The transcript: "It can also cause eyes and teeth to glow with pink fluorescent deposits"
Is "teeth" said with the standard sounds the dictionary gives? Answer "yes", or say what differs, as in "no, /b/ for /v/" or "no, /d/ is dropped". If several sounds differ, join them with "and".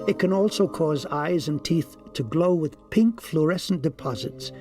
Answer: yes